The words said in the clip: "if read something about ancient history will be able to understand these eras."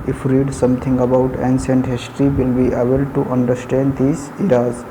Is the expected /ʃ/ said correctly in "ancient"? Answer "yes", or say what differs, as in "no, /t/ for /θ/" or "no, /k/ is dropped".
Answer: no, /s/ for /ʃ/